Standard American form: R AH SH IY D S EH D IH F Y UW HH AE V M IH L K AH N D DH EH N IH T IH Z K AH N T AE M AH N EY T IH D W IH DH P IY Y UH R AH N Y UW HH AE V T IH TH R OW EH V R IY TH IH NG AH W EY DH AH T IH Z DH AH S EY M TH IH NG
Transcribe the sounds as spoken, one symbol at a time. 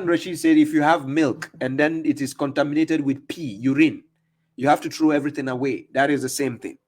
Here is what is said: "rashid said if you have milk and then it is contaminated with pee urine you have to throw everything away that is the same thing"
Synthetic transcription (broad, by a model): R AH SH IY S EH D IH F Y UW HH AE V M IH L K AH N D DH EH N IH T IH Z K AH N T AE M AH N EY T IH D W IH DH P IY Y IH R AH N Y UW HH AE F T IH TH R OW EH V R IY TH IH NG AH W EY DH AH T IH Z DH AH S EY M TH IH NG